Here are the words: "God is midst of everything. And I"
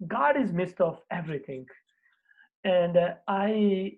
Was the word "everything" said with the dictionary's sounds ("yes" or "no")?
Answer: no